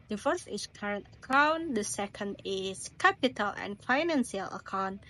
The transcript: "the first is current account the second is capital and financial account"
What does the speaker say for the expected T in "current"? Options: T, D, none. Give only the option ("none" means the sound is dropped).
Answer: T